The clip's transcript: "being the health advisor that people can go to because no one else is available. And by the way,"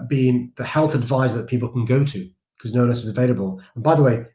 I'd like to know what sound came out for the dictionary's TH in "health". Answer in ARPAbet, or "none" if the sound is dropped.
TH